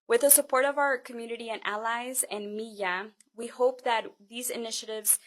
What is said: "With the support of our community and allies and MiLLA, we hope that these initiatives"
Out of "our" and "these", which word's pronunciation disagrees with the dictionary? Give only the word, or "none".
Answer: none